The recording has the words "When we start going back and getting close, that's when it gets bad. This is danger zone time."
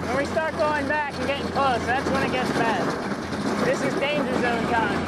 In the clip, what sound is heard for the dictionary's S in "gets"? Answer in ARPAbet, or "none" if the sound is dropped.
S